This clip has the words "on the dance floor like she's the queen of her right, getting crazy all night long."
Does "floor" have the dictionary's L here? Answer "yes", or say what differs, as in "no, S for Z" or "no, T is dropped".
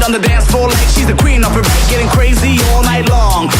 no, L is dropped